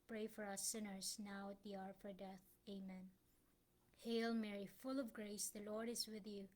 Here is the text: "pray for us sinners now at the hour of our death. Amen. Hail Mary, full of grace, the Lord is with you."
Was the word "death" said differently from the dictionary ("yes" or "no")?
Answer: no